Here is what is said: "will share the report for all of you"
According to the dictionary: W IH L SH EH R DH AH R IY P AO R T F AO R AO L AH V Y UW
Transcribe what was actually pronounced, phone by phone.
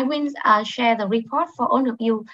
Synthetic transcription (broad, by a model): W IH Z SH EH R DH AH R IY P AO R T F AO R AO N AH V Y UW